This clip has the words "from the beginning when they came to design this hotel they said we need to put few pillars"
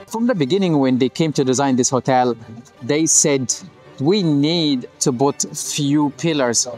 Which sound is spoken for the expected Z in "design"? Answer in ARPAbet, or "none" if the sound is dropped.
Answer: Z